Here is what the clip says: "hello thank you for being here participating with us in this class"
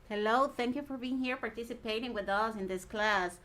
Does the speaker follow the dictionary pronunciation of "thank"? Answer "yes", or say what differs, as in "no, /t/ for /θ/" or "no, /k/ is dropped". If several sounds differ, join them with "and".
yes